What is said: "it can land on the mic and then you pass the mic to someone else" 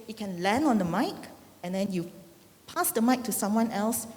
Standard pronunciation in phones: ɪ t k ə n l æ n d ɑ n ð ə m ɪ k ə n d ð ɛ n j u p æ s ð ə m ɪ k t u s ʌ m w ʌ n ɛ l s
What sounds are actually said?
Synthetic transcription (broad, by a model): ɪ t k ə n l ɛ n ɑ n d ə m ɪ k ə n d ɛ n j u p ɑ s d ə m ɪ k t u s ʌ m w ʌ n ɛ l s